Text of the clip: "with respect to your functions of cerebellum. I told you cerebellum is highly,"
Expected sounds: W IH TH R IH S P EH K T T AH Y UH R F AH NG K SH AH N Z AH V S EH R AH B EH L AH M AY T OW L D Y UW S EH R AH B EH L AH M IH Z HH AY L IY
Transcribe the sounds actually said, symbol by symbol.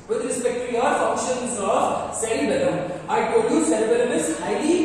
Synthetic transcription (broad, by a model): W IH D R IH S P EH K T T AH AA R F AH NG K SH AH N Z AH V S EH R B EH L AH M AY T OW D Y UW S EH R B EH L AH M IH S HH AY L IY